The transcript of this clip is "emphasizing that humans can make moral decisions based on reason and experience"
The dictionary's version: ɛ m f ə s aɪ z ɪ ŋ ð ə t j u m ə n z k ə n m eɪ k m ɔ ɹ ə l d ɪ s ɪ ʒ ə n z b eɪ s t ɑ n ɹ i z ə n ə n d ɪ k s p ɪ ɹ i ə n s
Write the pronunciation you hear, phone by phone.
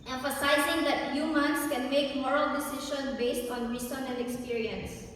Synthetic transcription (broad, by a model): ɛ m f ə s aɪ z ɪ ŋ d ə t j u m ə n s k ə n m eɪ k m ɔ ɹ ə l d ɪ s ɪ ʃ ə n b eɪ s t ɑ n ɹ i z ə n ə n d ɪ k s p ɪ ɹ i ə n s